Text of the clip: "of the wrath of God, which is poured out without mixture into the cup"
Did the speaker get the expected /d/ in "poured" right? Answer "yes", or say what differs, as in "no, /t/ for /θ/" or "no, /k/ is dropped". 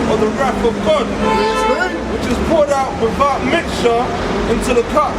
yes